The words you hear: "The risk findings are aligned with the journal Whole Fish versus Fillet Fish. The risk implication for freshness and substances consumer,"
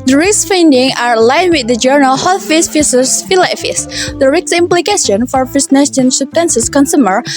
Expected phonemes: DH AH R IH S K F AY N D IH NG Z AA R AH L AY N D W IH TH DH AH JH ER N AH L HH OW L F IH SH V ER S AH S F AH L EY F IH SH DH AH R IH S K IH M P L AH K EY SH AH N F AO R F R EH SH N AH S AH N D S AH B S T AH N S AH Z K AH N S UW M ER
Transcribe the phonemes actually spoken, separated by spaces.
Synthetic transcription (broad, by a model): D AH R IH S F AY N D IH NG AA R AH L AY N W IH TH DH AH JH ER N AH L HH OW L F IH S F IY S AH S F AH L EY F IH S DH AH R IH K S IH M P L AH K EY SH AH N F AO R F EH S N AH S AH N S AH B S T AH N S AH S K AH N S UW M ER